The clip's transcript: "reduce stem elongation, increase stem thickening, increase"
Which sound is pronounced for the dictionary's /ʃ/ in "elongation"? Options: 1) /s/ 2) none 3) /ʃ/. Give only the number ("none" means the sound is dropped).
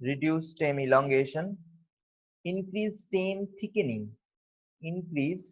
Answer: 3